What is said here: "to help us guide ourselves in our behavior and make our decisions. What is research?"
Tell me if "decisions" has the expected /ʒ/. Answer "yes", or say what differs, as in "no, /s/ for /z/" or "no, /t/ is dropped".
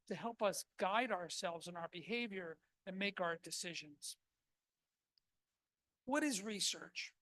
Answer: yes